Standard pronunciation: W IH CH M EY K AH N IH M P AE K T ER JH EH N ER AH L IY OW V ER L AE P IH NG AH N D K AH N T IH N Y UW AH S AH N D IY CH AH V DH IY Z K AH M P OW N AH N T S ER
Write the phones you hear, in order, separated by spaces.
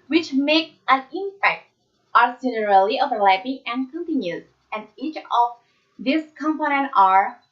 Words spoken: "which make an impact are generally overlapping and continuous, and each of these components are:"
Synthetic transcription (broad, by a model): W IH CH M EY K AH N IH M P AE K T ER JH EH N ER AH L IY OW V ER L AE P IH NG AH N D K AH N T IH N Y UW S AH N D IY CH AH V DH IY S K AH M P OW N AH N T ER